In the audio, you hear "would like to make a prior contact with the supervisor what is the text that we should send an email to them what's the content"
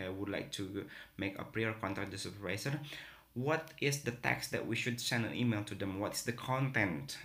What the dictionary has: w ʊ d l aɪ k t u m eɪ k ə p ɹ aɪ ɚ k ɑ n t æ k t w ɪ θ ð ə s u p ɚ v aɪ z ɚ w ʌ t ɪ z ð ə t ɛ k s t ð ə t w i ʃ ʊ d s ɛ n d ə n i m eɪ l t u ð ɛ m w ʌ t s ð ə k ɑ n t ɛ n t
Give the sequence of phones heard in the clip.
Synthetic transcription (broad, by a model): w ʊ d l aɪ k t u m eɪ k ə p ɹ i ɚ k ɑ n t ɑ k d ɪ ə s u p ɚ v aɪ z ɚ w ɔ t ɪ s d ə t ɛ k s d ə t w i ʃ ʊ d s ɛ n d ə n i m eɪ l t u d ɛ m w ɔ t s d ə k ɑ n t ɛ n t